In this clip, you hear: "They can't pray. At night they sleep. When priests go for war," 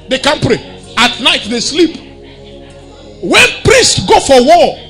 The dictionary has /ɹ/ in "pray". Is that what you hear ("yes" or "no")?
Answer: yes